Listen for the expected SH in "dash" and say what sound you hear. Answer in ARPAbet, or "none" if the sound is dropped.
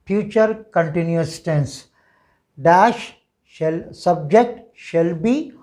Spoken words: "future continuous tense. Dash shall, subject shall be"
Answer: SH